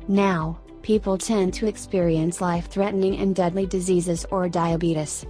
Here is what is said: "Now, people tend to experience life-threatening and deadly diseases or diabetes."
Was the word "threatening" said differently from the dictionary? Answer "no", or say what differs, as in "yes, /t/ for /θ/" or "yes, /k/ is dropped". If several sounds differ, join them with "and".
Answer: no